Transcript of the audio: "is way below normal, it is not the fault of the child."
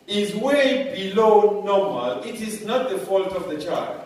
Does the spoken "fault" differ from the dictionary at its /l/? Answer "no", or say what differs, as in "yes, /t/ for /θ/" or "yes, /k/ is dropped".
no